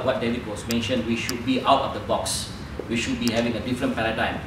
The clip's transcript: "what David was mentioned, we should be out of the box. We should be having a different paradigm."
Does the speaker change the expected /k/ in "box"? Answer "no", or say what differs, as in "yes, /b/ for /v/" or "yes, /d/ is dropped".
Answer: no